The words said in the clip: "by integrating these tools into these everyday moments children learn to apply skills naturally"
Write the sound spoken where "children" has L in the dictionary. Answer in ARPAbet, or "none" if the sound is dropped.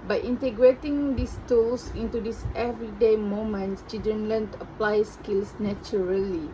none